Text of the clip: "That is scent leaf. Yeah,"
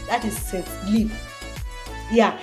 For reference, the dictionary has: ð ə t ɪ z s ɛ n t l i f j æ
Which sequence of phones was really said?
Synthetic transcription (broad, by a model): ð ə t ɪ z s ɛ t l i p j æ